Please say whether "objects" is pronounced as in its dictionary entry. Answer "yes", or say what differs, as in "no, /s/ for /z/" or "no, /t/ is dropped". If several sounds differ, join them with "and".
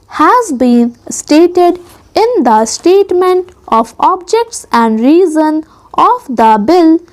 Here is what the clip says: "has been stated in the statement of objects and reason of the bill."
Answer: yes